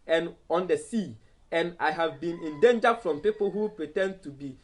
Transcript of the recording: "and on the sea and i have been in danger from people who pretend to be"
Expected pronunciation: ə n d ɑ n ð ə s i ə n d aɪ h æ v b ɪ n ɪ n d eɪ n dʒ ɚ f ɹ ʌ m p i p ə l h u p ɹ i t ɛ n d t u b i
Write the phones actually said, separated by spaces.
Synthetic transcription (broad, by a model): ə n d ɑ n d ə s i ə n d aɪ h æ v b ɪ n ɪ n d eɪ n dʒ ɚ f ɹ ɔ m p i p ə l h u p ɹ i t ɛ n d t u b i